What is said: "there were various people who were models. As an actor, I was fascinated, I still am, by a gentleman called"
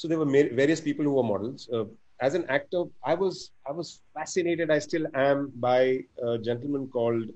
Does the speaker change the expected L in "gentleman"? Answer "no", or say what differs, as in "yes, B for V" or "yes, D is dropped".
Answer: no